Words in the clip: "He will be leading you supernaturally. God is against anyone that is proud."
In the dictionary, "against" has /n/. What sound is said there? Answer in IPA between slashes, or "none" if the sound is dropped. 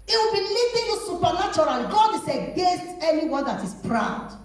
none